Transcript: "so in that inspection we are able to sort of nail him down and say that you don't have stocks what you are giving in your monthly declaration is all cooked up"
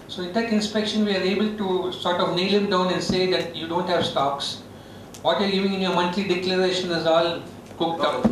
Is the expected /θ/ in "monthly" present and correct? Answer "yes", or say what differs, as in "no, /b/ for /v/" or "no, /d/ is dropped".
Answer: no, /t/ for /θ/